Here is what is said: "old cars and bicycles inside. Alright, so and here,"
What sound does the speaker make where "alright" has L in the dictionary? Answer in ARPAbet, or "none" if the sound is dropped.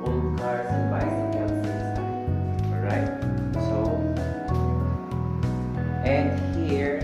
none